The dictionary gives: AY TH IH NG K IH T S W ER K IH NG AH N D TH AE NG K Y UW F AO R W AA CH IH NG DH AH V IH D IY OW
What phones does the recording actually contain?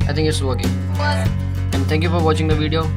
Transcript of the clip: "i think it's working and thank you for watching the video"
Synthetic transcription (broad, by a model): AY T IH NG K IH T S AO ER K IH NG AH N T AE NG K Y UW F AO R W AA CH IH NG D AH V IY D IY OW